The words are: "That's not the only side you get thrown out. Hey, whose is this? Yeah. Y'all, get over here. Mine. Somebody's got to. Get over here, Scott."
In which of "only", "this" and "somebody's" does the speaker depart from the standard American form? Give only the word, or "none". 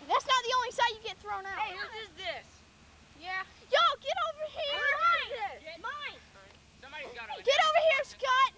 somebody's